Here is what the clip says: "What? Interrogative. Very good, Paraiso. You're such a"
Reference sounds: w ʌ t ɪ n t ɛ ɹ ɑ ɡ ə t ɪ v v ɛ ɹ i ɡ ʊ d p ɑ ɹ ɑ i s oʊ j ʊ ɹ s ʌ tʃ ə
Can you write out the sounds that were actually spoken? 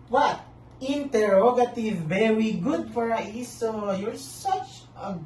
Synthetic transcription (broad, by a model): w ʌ t ɪ n t ɛ ɹ ɑ ɡ ə t ɪ v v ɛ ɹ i ɡ ʊ d f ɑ ɹ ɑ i s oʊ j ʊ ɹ s ʌ tʃ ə